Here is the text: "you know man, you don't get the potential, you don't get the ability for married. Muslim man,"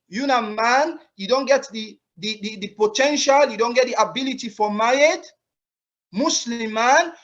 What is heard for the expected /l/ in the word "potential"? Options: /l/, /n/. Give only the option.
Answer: /l/